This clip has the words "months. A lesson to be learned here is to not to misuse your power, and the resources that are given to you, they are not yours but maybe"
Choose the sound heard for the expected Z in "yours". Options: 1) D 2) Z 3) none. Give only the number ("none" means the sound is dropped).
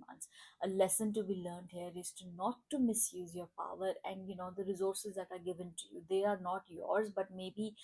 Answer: 2